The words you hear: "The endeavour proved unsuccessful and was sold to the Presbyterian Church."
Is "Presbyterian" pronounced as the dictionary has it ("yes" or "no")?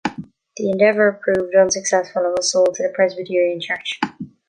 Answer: yes